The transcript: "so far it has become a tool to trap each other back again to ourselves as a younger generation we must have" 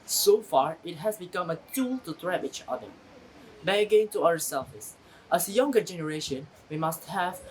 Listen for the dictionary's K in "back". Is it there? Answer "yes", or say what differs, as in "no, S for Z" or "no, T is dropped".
no, K is dropped